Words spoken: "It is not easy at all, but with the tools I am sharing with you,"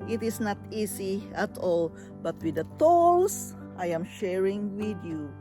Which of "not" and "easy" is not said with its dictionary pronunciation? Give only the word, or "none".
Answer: easy